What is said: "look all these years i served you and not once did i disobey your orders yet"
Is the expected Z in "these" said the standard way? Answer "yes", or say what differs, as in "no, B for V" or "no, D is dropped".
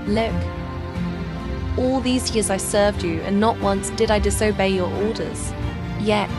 yes